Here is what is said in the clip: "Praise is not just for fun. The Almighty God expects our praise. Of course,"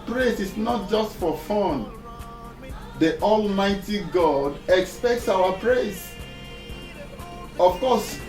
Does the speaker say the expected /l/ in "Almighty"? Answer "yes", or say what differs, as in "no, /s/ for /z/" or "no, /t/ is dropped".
yes